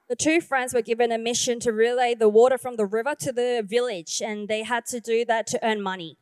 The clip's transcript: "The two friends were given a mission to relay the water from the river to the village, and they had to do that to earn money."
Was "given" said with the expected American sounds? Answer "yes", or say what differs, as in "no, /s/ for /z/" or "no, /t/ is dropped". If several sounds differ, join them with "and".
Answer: yes